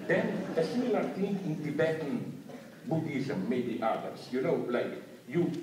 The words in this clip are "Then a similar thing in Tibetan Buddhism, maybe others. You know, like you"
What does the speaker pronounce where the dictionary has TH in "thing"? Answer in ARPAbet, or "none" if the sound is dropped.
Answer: T